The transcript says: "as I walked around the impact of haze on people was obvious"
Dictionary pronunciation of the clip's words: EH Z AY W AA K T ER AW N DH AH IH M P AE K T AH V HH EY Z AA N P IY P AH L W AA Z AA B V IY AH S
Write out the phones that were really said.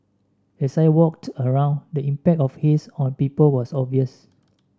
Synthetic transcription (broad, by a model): EH S AY W AA K T ER AW N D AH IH M P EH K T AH F HH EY S AA N P IY P AH L W AA S AA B V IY AH S